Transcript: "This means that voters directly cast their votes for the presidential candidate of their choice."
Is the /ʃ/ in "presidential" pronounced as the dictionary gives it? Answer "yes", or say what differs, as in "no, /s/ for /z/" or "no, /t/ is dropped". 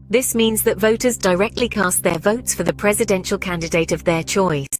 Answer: yes